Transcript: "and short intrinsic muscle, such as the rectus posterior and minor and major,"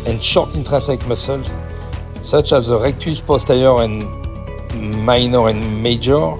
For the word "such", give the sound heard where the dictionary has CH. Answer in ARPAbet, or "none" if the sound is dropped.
CH